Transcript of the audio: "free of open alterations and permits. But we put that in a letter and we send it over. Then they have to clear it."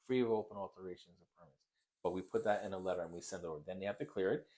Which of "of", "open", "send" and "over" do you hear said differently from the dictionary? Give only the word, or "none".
none